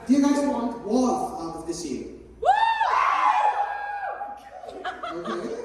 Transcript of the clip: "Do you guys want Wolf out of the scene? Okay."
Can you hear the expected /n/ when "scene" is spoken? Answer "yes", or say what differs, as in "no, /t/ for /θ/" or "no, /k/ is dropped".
no, /n/ is dropped